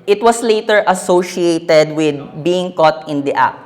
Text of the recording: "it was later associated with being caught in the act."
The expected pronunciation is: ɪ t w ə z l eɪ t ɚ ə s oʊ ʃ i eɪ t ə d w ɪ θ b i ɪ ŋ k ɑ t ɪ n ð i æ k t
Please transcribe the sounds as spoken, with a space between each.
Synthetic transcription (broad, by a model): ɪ t w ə s l eɪ t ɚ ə s oʊ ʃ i eɪ t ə d w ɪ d b i ɪ ŋ k ɑ t ɪ n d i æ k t